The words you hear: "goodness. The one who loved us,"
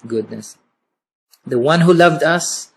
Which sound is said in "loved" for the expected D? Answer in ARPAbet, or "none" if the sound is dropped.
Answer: D